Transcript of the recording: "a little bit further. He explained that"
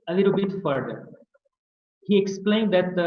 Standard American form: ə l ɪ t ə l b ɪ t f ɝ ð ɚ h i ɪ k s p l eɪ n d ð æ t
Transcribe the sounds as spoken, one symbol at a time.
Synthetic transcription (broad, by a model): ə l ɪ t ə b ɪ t f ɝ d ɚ h i ɪ k s p l eɪ n d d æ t